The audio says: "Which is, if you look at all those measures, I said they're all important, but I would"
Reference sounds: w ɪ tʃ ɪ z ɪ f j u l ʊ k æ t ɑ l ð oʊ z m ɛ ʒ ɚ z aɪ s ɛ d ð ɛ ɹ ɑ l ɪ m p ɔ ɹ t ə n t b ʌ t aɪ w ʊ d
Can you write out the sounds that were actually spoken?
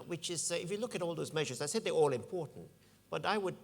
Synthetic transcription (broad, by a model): w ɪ tʃ ɪ z ɪ f j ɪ l ʊ k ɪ t ɑ l ð oʊ z m ɛ ʒ ɚ z aɪ s ɛ d ð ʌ ɹ ɑ l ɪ m p ɔ ɹ t n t b ʌ t aɪ w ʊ d